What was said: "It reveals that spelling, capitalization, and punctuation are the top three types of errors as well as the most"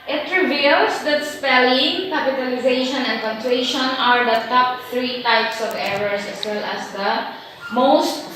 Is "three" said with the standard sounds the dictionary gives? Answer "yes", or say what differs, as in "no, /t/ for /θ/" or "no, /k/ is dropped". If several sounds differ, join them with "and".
no, /t/ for /θ/